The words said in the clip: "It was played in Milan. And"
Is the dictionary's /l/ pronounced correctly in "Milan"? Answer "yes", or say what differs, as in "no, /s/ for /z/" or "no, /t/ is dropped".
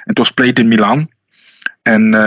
yes